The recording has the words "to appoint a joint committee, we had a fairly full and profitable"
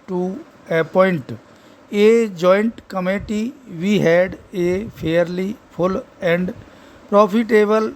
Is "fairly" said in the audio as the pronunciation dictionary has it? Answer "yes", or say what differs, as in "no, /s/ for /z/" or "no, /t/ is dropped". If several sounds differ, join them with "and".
no, /p/ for /f/